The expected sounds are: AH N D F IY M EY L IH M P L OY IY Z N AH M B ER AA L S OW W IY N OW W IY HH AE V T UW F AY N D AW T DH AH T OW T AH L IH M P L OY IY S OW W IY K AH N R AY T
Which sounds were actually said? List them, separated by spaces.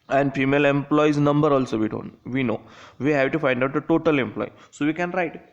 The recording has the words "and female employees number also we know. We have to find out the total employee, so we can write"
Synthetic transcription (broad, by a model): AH N D F IY M EY L IH M P L OY IY Z N AH M B ER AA L S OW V IY N OW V IY HH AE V T UW F AY N D AW T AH T OW T AH L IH M P L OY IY S OW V IY K AH N R AY T